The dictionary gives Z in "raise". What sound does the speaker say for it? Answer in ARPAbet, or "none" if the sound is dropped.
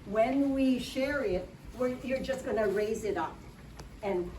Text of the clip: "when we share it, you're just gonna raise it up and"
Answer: Z